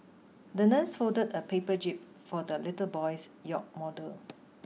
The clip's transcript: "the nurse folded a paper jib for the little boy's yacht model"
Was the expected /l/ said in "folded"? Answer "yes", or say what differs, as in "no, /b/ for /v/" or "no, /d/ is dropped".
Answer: no, /l/ is dropped